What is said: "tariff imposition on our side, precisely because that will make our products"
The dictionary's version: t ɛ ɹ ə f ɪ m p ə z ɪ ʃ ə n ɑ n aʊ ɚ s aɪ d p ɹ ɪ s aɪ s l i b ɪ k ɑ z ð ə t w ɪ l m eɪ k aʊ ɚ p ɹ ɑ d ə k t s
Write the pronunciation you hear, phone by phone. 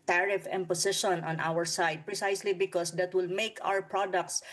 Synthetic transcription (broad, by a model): t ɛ ɹ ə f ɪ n p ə s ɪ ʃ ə n ɑ n aʊ ɚ s aɪ d p ɹ ɪ s aɪ s l i b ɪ k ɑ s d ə t w ɪ l m eɪ k aʊ ɚ p ɹ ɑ d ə k t s